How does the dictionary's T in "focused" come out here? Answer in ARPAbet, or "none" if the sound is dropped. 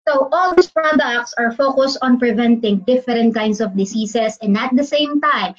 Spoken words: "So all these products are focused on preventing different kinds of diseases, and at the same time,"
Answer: T